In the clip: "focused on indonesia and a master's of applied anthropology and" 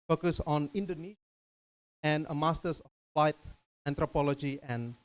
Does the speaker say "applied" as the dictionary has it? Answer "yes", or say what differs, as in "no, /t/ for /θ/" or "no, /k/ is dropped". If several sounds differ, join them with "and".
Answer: no, /f/ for /p/